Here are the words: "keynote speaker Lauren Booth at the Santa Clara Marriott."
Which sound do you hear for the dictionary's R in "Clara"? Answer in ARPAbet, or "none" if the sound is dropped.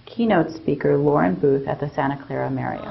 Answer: R